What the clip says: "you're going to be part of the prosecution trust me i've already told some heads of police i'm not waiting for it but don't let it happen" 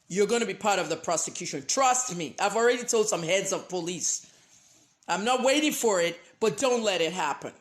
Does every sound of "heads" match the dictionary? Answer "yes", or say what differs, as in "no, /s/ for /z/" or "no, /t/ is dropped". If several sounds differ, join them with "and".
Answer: yes